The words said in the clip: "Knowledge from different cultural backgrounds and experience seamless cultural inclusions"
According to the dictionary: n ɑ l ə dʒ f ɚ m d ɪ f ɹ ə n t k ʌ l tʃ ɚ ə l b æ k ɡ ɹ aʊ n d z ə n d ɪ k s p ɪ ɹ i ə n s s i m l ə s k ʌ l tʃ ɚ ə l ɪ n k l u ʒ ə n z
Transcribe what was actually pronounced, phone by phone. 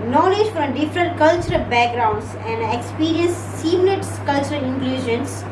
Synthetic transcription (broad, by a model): n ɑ l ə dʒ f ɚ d d ɪ f ɹ ə n t k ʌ l tʃ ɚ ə l b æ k ɡ ɹ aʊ n d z ə n d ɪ k s p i ɹ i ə n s s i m n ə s k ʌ l tʃ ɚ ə l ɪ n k l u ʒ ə n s